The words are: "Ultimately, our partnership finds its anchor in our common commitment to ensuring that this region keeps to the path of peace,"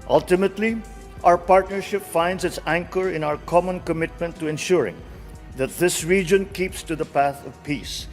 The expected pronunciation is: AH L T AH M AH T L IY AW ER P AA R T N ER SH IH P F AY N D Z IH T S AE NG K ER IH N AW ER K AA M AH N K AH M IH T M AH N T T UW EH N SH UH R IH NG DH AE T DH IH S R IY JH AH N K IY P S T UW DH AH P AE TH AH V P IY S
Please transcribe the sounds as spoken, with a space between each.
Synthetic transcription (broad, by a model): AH L T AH M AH T L IY AW ER P AA R T N ER SH IH P F AY N D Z IH T S AE NG K ER IH N AW ER K AA M AH N K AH M IH T M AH N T T UW EH N SH UH R IH NG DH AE T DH IH S R IY JH AH N K IY P S T UW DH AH P AE TH AH V P IY S